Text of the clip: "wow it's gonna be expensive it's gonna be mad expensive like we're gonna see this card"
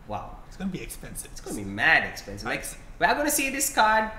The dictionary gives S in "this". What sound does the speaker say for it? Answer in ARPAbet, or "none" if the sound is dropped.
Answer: S